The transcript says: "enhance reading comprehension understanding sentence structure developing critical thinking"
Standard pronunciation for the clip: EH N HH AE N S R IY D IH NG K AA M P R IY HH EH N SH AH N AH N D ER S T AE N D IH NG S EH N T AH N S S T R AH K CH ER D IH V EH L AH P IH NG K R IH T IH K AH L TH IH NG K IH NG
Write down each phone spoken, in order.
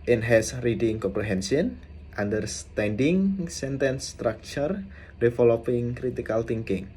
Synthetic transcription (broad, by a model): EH N HH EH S R IY D IH NG K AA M P R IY HH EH N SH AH N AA N D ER S T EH N D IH NG S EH N T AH N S S T R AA K CH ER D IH F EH L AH P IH NG K R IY T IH K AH L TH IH NG K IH NG